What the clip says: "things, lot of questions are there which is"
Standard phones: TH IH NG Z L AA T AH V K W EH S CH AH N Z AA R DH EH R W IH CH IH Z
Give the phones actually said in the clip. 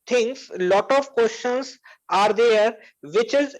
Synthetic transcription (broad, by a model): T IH NG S L AA T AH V K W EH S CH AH N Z AA R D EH R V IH CH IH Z